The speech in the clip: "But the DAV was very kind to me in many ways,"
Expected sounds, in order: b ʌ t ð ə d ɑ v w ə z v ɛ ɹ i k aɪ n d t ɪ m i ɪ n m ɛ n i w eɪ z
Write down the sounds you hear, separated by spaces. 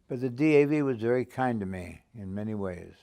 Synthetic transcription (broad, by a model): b ʌ t ð ə d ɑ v w ə z v ɛ ɹ i k aɪ n t ɪ m i ɪ n m ɛ n i w eɪ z